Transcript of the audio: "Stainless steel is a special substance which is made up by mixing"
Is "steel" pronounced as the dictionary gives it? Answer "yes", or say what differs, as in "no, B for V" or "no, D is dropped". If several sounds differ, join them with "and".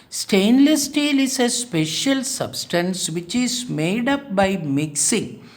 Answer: yes